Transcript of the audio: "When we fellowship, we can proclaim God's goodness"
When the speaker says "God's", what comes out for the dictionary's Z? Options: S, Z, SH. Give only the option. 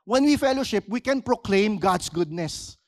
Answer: S